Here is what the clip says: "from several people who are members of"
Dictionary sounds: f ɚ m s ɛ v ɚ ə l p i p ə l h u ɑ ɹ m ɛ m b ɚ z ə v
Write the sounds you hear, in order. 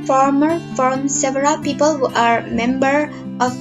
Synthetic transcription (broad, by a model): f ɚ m s ɛ v ɚ ə l p i p ə l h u ɑ ɹ m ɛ m b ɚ ə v